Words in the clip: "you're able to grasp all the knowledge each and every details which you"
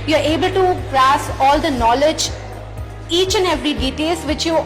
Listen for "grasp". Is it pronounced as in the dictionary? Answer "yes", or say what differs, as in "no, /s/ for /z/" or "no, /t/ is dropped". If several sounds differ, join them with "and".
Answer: no, /p/ is dropped